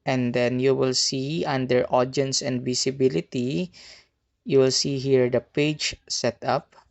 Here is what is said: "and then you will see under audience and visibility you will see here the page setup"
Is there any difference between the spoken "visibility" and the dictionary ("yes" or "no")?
yes